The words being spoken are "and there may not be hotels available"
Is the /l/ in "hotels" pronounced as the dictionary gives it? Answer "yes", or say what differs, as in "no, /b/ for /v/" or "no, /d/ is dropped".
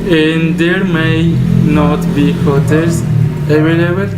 no, /l/ is dropped